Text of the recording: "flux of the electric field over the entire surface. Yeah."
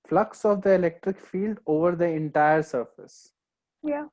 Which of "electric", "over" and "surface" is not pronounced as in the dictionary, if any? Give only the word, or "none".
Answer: none